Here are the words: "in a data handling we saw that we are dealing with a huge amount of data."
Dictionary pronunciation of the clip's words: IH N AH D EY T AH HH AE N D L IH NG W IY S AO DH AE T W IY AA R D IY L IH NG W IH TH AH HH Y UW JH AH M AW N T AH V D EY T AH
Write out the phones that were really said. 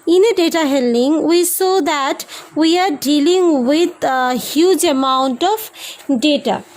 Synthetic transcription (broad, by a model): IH N AH D EY T AH HH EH L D IH NG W IY S AO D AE T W IY AA R D IY L IH NG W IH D HH Y UW JH AH M AW N T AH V D EY T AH